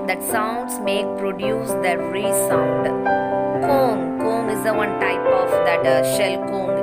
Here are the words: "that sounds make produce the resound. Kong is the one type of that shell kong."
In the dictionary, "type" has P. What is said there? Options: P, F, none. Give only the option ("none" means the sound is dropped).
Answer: P